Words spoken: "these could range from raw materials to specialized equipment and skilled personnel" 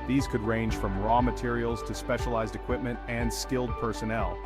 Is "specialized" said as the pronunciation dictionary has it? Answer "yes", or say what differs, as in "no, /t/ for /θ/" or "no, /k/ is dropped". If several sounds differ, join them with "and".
yes